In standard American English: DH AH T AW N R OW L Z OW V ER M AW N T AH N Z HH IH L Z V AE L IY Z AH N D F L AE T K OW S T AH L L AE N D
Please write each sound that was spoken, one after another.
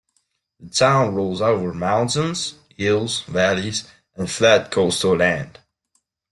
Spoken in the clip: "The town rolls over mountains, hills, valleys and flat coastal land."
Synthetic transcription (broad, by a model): DH AH T AW N R OW L Z OW V ER M AW N T AH N Z HH IH L Z V AE L IY Z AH N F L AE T K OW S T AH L L AE N D